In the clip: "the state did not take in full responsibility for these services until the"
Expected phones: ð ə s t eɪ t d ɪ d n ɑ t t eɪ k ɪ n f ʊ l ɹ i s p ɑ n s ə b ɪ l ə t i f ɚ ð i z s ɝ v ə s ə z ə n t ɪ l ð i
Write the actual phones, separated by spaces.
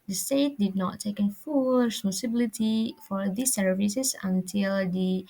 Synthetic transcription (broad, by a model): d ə s t eɪ t d ɪ d n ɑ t t eɪ k ɪ n f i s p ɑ s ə b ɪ l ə t i f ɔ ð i s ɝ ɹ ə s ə s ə n t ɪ l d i